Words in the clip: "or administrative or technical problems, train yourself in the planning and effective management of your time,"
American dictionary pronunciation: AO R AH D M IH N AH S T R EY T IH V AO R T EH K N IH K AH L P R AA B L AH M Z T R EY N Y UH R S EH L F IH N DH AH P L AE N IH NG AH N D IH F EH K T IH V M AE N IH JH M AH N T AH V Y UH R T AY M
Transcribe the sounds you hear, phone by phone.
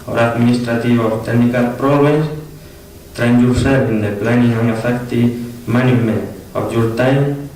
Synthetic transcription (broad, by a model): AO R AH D M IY N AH S T R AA T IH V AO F T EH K N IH K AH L P R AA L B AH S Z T R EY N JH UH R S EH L IH N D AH P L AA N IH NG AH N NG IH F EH K T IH M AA N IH M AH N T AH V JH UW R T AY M